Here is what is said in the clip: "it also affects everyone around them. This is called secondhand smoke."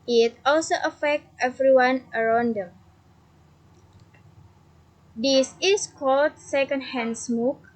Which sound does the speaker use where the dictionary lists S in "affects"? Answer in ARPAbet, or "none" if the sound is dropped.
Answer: none